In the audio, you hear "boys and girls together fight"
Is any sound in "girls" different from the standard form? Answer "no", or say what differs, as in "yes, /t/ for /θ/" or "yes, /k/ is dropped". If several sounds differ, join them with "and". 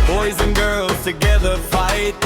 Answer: no